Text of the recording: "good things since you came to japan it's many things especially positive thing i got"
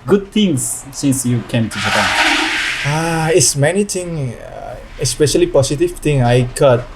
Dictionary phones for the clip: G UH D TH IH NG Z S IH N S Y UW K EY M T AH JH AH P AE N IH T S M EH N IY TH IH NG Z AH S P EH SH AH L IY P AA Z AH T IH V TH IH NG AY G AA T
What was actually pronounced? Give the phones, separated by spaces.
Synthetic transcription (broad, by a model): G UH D T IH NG S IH N S Y UW K EY M T AH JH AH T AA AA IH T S M EH N IY T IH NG AH S P EH SH AH L IY P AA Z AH T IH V T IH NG AY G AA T